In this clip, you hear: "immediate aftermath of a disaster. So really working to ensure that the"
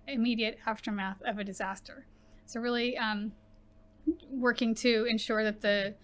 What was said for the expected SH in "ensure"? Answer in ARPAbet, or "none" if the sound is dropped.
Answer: SH